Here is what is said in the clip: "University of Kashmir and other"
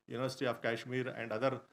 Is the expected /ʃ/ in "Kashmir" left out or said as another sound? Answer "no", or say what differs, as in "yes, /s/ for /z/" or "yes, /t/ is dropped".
no